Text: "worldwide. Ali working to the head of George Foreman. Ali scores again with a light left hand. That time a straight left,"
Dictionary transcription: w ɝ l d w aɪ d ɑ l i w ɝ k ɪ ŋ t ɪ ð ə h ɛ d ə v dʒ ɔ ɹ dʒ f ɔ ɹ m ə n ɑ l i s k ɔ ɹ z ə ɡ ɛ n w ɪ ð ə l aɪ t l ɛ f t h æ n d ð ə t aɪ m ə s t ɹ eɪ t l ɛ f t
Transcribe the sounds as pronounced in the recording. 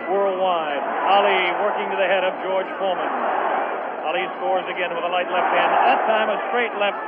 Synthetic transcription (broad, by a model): w ɝ l d w aɪ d ɑ l i w ɝ k ɪ ŋ t ɪ ð ə h ɛ d ə v dʒ ɔ ɹ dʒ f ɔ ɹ m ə n ɑ l i s k ɔ ɹ z ə ɡ ɛ n w ɪ ð ə l aɪ t l ɛ f t h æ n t ð ə t aɪ m ə s t ɹ eɪ t l ɛ f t